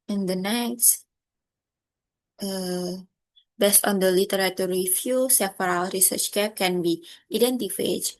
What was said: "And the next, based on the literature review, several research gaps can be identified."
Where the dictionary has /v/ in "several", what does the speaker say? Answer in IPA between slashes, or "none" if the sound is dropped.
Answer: /f/